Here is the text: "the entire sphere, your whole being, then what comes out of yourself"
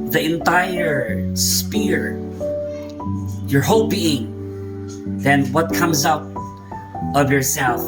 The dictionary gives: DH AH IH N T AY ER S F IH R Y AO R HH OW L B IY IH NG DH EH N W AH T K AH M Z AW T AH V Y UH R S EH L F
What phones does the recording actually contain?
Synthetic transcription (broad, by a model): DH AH IH N T AY ER S P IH R Y AO R HH OW L B IY IH NG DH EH N W AH T K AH M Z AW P AH V Y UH R S EH L F